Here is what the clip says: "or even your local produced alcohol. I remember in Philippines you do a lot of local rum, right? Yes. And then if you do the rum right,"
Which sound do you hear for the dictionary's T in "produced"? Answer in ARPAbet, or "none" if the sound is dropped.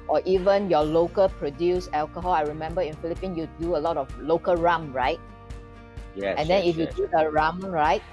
none